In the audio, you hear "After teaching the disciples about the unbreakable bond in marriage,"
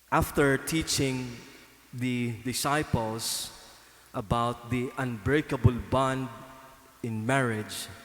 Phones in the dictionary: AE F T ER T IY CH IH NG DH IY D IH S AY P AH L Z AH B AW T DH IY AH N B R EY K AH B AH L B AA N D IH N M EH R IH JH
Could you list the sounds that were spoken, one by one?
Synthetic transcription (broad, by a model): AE F T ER T IY CH IH NG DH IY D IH S AY P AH L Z AH B AW T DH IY AH N B R EY K AH B AH L B AA N D IH N M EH R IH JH